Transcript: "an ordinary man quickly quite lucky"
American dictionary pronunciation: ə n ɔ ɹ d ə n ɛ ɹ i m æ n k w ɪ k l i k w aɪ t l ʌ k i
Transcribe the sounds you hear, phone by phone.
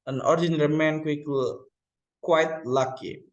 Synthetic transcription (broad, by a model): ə n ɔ ɹ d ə n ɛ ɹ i m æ n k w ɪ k i k w aɪ t l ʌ k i